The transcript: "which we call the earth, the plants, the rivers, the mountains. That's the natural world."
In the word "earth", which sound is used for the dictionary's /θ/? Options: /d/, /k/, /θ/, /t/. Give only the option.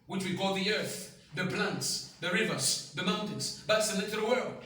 /θ/